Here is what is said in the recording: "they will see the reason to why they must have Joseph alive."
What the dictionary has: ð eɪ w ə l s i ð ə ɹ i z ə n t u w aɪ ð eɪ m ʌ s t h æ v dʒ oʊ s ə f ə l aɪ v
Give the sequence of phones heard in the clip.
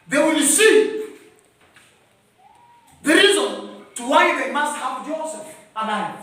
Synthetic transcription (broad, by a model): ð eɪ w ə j s i ð ə ɹ i z ə n t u w aɪ ð eɪ m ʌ s t h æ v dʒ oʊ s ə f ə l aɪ